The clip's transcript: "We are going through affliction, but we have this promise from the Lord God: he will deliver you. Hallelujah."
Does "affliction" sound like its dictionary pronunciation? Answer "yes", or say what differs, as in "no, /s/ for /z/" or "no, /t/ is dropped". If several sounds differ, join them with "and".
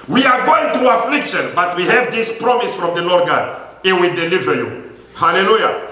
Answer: yes